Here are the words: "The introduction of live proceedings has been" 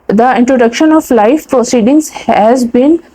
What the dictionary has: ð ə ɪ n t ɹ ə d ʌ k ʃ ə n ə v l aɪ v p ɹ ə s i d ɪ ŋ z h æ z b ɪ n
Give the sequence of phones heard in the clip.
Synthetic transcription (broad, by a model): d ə ɪ n t ɹ ə d ʌ k ʃ ə n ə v l aɪ f p ɹ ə s i d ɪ ŋ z h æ z b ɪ n